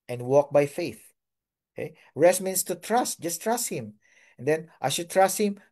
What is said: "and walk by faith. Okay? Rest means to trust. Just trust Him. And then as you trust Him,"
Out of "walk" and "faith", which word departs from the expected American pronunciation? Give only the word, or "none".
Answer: none